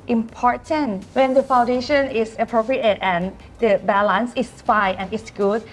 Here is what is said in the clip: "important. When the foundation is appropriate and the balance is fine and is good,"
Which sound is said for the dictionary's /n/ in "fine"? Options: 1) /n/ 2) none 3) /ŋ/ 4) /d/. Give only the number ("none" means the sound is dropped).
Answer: 2